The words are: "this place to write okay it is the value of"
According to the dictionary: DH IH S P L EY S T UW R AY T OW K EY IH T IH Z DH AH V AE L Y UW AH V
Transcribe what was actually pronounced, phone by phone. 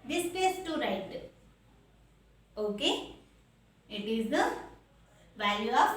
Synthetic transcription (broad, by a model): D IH S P EY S T UW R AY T OW K EY IH T IH Z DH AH V AE L Y UW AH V